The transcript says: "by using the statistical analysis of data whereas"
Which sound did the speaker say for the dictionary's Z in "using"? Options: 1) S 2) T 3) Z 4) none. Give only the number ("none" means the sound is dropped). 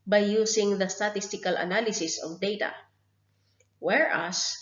1